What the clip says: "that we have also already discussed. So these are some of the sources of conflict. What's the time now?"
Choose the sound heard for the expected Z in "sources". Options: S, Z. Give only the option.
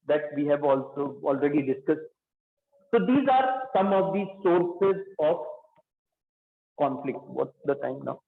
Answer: Z